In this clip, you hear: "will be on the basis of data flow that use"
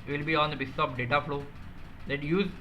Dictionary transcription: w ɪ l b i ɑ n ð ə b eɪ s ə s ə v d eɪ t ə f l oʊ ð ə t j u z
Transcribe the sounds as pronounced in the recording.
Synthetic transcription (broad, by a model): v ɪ l b i ɑ n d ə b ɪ s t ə p d eɪ t ə f l oʊ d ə t j u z